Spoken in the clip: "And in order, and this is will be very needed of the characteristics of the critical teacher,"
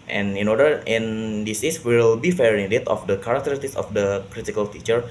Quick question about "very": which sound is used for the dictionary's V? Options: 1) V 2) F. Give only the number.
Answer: 2